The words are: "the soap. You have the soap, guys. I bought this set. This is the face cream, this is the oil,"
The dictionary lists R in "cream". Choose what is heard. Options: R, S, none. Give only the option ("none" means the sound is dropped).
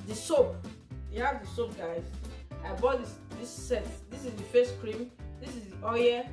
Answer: R